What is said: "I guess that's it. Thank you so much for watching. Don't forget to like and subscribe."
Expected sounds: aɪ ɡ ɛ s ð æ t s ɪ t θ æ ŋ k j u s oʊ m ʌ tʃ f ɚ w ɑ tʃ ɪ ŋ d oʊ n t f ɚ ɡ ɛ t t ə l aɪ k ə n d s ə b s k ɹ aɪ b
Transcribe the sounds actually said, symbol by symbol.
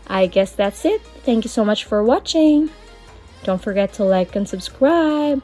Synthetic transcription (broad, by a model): aɪ ɡ ɛ s ð æ t s ɪ t θ æ ŋ k j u s oʊ m ʌ tʃ f ɚ w ɑ tʃ ɪ ŋ d oʊ n t f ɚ ɡ ɛ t t ə l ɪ k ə n s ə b s k ɹ aɪ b